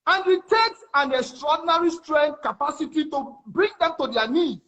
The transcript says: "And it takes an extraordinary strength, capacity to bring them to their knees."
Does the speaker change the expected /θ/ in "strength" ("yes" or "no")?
yes